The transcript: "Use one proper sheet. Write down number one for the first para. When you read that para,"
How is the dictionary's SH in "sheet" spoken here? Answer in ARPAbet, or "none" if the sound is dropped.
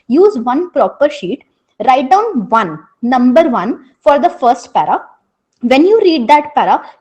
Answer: SH